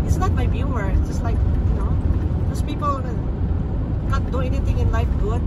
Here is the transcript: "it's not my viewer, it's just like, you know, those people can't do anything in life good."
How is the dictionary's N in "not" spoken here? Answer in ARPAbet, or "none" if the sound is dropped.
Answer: L